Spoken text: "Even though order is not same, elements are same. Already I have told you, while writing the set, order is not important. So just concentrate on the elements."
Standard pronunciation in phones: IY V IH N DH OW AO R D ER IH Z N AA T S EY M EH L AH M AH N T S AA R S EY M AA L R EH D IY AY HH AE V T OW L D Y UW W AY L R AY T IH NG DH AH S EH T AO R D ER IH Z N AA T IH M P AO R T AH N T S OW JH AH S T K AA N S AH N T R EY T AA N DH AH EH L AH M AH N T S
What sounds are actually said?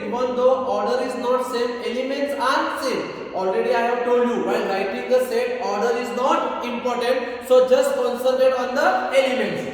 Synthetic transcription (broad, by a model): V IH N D OW AO R D ER IH Z N AA T S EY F EH L AH M AH N T S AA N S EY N AA L R EH D IY AY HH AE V T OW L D Y UW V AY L R AY T IH NG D AH S EH T AO R D ER IH Z N AA T IH M P AO R T AH N T S OW JH AH S T K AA N S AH L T EY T AA N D AH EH L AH M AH N T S